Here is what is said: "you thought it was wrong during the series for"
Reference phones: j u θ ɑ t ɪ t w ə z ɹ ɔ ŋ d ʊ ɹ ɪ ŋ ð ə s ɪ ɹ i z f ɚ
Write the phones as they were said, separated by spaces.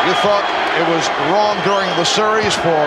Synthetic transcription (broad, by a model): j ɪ θ ɑ t ɪ t w ə z ɹ ɔ ŋ d ʊ ɹ ɪ ŋ ð ə s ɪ ɹ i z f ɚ